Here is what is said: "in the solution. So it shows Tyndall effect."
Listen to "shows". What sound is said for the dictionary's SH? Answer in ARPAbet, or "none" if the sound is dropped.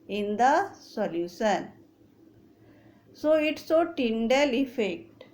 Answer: S